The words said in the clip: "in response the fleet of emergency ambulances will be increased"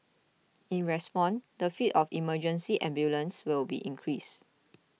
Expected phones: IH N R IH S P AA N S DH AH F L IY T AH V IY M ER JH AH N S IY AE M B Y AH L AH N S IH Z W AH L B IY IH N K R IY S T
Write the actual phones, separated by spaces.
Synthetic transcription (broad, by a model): IH N R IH S P AA N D AH F IY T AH F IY M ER JH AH N S IY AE M B Y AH L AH N S W AH L B IY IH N K R IY S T